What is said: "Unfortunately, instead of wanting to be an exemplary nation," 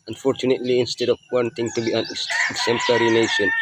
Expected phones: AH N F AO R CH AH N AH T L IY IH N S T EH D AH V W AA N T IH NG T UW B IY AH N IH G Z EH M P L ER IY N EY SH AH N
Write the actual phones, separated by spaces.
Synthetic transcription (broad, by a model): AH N F AO R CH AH N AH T L IY IH N S T EH D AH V W AA N T IH NG T UW B IY AH N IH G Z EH M P L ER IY N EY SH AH N